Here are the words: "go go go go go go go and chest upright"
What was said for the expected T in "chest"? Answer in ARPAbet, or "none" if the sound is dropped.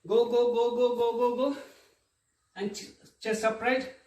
none